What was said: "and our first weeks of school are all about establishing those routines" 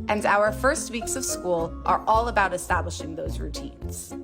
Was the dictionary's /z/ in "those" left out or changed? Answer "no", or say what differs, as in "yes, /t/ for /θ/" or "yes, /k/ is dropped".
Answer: no